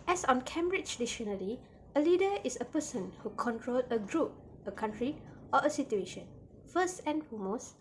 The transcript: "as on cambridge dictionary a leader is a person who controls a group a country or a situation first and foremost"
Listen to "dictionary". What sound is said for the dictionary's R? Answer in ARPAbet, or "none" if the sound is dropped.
L